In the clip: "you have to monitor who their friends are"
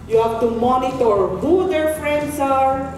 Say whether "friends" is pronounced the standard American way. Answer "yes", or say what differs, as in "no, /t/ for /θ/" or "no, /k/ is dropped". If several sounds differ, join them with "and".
no, /s/ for /z/